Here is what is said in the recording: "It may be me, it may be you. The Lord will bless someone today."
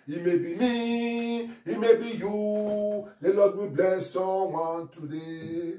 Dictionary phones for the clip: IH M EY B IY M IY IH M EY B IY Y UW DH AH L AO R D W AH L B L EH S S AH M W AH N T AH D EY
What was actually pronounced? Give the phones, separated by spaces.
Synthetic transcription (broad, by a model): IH M EY B IY M IY IH M EY B IY Y UW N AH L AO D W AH B L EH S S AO W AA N T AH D EY